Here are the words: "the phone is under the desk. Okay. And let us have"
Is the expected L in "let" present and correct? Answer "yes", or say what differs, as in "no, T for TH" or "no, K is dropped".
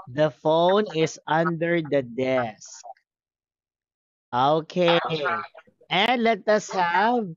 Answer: yes